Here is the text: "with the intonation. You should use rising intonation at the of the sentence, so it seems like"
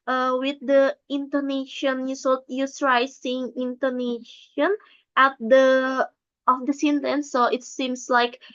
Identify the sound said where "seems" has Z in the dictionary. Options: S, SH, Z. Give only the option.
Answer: S